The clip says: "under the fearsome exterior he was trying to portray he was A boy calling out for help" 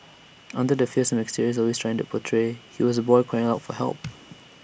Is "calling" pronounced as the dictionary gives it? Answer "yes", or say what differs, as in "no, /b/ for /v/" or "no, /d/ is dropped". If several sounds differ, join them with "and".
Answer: no, /l/ is dropped